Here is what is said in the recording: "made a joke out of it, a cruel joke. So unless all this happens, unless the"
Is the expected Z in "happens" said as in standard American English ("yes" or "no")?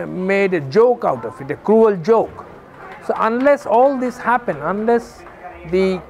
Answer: no